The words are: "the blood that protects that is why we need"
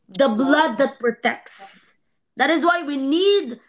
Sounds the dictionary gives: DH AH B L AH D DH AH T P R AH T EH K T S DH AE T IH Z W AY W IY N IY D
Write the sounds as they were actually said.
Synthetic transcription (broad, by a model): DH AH B L AH D DH AH T P R AH T EH K T S DH AE T IH Z W AY W IY N IY D